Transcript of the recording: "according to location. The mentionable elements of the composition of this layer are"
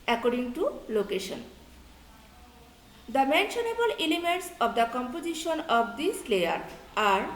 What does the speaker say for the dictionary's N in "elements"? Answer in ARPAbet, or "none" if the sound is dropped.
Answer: none